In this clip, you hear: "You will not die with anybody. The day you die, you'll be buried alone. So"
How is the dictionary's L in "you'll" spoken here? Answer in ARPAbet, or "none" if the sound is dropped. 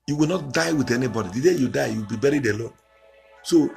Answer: W